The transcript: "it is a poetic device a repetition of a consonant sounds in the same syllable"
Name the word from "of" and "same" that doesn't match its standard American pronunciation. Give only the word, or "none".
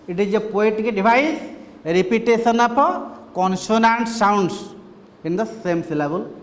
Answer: of